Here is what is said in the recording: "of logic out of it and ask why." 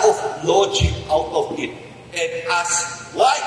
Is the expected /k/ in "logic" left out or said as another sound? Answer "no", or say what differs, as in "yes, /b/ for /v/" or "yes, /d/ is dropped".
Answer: yes, /k/ is dropped